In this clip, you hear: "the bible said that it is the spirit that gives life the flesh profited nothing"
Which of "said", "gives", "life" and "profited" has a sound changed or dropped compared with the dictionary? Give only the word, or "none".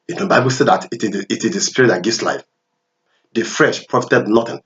gives